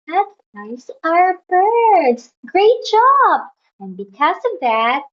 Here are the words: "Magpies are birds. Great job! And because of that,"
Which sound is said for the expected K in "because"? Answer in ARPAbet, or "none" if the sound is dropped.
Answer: K